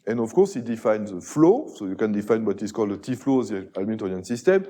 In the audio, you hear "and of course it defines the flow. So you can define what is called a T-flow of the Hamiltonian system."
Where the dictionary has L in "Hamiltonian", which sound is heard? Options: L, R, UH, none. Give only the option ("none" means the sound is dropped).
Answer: none